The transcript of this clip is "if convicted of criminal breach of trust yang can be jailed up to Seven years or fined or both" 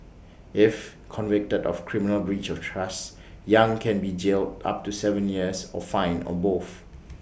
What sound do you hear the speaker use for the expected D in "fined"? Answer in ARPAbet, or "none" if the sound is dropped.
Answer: none